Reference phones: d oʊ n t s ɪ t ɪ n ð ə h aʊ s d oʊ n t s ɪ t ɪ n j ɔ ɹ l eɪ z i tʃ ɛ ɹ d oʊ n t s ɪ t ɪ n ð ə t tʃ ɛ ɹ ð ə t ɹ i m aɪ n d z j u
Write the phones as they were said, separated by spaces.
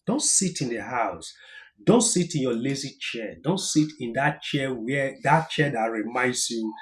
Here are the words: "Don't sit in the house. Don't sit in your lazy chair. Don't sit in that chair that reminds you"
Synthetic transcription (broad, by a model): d oʊ n t s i t ɪ n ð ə h aʊ s d oʊ n t s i t ɪ n j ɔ l eɪ z i tʃ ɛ d oʊ n t s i t ɪ n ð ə t tʃ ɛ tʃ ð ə t ɹ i m aɪ n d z j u